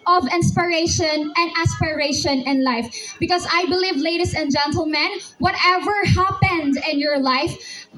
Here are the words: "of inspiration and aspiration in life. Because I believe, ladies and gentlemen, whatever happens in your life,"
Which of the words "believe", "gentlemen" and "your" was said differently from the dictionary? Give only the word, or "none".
none